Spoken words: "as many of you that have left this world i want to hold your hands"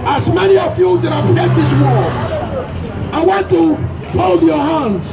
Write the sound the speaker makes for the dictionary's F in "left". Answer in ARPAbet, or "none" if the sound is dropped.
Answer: none